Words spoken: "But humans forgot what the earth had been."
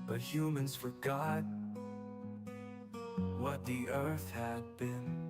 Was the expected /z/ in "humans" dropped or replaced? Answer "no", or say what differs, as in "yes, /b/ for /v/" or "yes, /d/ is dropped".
no